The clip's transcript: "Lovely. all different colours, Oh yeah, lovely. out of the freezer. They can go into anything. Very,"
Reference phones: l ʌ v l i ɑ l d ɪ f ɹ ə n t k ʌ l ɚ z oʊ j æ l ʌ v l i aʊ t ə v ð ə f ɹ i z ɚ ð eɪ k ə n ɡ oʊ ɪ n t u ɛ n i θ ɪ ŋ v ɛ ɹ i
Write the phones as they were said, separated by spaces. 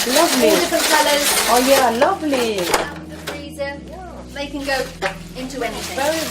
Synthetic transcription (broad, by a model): l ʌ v l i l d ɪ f ə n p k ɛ l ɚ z oʊ j æ l ʌ v l i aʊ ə ð ə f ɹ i z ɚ ð eɪ k ə n ɡ oʊ ɪ n t u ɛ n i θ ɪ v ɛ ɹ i